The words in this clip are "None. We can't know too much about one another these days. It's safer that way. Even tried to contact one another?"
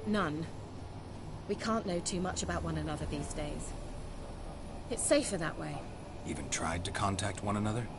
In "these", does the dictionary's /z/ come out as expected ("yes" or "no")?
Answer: yes